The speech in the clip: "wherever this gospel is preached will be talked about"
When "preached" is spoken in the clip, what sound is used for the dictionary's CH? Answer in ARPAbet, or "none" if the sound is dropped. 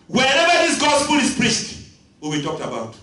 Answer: S